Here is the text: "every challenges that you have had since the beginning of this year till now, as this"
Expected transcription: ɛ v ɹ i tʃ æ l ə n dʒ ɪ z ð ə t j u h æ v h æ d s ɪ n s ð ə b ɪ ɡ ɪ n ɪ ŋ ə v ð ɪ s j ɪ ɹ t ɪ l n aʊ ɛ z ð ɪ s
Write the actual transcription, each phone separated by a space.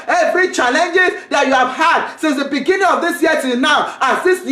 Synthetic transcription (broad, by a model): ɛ v ɹ i tʃ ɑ l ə n dʒ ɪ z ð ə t j u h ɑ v h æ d s ɪ n s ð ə b ɪ ɡ ɪ n ɪ ŋ ə v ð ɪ s j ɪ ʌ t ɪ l n aʊ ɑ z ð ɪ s